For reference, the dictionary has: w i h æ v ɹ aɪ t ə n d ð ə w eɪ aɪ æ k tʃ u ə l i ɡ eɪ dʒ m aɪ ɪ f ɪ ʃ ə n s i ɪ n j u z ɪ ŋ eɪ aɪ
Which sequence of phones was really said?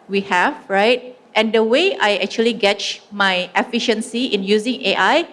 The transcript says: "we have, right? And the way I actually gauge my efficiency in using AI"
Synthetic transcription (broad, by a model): w i h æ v ɹ aɪ t ə n d ə w eɪ aɪ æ k tʃ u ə l i ɡ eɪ tʃ m aɪ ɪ f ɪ ʃ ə n s i ɪ n j u z ɪ ŋ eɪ aɪ